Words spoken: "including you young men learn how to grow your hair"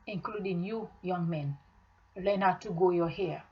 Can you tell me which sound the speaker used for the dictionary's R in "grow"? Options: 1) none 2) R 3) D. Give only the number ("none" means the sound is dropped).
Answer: 1